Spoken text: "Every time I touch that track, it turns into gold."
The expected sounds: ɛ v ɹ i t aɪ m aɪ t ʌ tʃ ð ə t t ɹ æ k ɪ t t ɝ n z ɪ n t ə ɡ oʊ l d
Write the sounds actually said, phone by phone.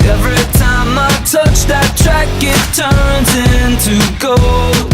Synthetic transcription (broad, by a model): ɛ v ɹ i t aɪ m aɪ t ʌ tʃ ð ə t t ɹ æ k ɪ t t ɝ n z ɪ n t ə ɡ oʊ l